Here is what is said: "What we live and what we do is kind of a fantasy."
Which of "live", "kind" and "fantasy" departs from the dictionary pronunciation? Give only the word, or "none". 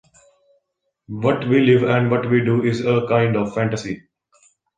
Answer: none